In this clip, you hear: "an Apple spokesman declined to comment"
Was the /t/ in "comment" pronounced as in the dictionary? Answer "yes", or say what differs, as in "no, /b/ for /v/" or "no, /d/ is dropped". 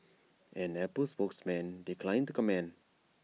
no, /t/ is dropped